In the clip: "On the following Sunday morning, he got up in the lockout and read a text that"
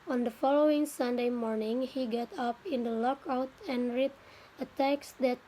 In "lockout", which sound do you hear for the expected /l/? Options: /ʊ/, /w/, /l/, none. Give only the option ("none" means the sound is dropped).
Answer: /l/